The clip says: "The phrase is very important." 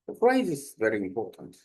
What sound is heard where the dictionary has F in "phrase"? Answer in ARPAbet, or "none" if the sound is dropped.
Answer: P